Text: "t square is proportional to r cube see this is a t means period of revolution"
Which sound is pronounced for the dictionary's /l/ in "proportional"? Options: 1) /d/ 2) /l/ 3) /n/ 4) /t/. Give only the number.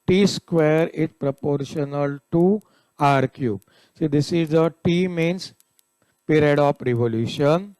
2